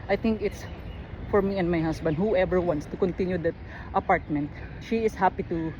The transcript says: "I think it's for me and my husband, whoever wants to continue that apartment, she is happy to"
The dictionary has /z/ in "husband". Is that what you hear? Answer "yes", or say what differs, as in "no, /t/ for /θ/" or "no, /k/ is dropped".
no, /s/ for /z/